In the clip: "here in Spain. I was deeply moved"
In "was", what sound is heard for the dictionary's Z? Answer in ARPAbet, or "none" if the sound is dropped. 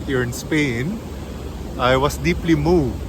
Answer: S